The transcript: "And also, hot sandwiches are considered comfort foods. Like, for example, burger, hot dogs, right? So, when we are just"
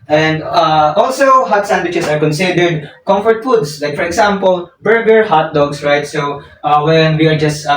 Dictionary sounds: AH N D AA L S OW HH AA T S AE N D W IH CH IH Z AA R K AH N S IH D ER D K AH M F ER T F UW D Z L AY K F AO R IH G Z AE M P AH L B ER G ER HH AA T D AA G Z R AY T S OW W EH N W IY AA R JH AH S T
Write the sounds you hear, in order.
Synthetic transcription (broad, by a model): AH N D AA L S OW HH AA T S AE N D W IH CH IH S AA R K AH N S IH D ER D K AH M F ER T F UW D S L AY K F AO R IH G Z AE M P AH L B ER G ER HH AA T D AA G S R AY T S OW W EH N W IY AA R JH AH S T